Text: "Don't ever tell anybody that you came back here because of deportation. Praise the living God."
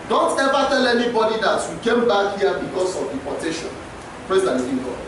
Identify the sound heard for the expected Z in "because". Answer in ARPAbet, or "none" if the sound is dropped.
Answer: S